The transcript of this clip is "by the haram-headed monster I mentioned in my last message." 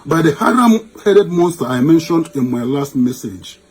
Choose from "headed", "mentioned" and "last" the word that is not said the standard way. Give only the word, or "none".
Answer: none